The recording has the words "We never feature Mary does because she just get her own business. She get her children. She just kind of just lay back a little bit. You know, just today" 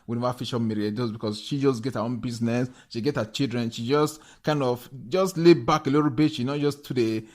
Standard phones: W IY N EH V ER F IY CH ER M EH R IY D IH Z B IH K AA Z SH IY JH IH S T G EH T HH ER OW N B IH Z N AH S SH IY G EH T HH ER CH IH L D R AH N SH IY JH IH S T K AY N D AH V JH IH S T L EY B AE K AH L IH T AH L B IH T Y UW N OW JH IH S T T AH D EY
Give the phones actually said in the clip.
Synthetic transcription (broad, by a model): W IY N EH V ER F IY SH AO M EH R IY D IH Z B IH K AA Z SH IY JH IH S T G EH T HH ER OW N B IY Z N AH S SH IY G EH T HH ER CH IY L D R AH N SH IY JH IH S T K AY N D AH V JH IH S T L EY B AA K AH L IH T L B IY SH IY N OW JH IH S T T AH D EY